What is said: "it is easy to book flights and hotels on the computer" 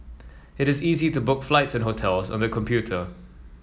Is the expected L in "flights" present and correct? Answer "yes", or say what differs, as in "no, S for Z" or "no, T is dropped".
yes